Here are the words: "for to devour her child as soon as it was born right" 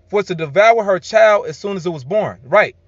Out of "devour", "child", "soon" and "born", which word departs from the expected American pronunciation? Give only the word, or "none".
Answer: none